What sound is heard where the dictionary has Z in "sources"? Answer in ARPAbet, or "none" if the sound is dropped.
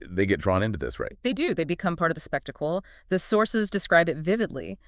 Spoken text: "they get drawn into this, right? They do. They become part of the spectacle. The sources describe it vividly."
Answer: Z